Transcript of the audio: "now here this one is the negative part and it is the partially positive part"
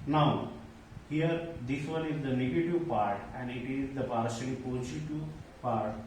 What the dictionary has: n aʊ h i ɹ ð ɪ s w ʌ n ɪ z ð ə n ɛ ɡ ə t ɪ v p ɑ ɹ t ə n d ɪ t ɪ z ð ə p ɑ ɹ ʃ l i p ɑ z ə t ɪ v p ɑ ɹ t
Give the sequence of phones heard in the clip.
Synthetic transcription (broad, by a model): n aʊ h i ɹ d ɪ s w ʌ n ɪ z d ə n ɛ ɡ ə t ɪ v p ɑ ɹ t ə n d ɪ t ɪ z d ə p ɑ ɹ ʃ i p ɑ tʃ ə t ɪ p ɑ ɹ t